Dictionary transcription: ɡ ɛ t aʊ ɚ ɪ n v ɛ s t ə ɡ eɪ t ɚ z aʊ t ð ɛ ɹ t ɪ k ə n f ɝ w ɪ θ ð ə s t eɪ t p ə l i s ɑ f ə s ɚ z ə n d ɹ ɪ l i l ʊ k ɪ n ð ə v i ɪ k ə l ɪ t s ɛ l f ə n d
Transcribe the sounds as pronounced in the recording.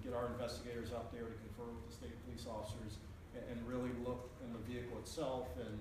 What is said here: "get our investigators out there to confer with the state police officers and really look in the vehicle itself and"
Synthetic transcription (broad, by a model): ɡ ɛ t aʊ ɚ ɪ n v ɛ s t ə ɡ eɪ t ɚ z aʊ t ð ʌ ɹ t ɪ k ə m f ɝ w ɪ ð ə s t eɪ t p ə l i s ɑ f ə s ɚ z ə n ɹ ɪ l i l ʊ k ɪ n ð ə v i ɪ k l ɪ t s ɛ l f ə n